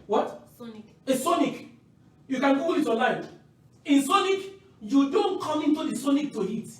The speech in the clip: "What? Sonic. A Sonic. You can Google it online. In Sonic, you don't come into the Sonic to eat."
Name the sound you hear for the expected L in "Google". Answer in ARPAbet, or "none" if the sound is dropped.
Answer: W